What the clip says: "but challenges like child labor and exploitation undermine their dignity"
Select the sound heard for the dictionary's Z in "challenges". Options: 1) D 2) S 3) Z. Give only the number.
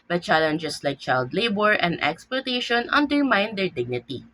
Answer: 2